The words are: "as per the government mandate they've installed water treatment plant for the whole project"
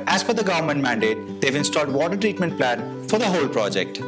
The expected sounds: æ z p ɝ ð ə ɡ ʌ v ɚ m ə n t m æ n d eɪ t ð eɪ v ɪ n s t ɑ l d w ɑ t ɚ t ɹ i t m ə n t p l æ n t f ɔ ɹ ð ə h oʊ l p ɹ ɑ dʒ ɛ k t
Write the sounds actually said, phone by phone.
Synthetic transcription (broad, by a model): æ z f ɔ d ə ɡ ʌ v ɚ m ə n t m æ n d eɪ t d eɪ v ɪ n s t ɑ l d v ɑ t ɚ t ɹ i t m ə n t p l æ n f ɔ ɹ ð ə h oʊ l p ɹ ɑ dʒ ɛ k t